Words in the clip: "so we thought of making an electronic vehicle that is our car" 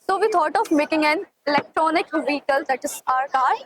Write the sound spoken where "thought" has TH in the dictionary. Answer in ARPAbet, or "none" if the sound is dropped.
T